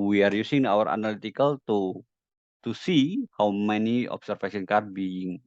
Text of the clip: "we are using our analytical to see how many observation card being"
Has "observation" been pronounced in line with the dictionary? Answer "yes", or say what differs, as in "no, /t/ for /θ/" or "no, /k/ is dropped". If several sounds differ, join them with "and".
no, /s/ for /z/ and /f/ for /v/